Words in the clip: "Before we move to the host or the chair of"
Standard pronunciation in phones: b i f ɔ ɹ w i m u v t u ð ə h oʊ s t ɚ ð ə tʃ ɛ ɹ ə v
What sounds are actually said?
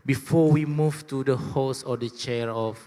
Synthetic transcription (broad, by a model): b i f ɔ w i m u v t u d ə h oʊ s ɔ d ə tʃ ɛ ɹ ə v